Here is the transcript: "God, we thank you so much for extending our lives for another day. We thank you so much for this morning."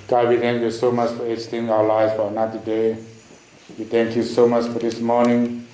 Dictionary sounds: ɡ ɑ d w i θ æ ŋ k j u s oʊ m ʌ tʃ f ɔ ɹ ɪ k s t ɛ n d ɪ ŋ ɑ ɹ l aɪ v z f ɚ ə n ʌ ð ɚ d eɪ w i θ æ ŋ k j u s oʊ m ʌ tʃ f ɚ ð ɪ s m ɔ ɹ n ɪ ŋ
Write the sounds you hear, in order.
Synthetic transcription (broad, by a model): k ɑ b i t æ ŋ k j u s oʊ m ʌ tʃ f ɔ ɹ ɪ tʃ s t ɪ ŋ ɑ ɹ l aɪ z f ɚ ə n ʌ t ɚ d eɪ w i t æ ŋ k j u s oʊ m ʌ tʃ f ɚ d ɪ s m ɔ ɹ n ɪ ŋ